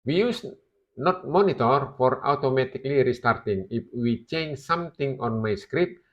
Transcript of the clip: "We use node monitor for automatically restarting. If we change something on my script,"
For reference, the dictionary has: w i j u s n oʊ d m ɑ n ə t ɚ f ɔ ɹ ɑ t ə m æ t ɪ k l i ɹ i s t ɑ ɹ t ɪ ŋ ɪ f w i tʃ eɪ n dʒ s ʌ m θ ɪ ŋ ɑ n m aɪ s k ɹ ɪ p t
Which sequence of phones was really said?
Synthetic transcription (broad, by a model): w i j u s n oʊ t m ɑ n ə t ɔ f ɔ ɹ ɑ t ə m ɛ t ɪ k l i ɹ i s t ɑ ɹ t ɪ ŋ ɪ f w i tʃ eɪ n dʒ s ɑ m t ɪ ŋ ɑ n m aɪ s k ɹ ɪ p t